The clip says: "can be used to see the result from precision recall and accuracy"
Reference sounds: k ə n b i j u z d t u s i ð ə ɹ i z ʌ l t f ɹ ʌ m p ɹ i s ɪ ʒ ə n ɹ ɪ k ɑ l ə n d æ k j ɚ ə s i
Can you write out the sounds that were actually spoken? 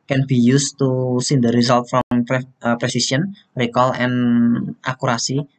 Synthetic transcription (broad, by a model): k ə n b i j u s t u s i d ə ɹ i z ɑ l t f ɹ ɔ m p ɹ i s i s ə n ɹ ɪ k ɑ l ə n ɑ k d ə s i